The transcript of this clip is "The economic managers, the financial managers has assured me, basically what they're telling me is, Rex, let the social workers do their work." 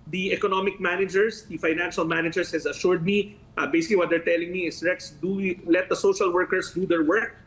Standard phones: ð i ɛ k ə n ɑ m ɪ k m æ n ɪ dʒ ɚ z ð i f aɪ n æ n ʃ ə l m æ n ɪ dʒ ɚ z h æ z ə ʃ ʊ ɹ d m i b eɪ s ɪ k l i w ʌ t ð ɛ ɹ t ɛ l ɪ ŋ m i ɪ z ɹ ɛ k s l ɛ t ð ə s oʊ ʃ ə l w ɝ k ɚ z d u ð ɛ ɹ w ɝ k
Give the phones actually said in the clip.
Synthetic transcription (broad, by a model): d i ɛ k ə n ɑ m ɪ k m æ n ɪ dʒ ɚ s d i f aɪ n æ n ʃ ə l m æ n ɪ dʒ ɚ s h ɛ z ə ʃ ʊ ɹ d m i b eɪ s ɪ k l i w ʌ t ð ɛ ɹ t ɛ l ɪ ŋ m i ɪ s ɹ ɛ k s l ɛ t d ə s oʊ ʃ ə l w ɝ k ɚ s d u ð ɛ ɹ w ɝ k